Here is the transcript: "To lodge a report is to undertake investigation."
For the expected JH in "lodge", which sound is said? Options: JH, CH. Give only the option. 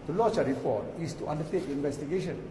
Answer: CH